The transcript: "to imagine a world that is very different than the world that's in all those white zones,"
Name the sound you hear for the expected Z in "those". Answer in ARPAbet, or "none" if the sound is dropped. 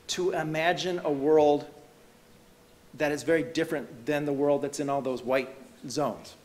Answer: Z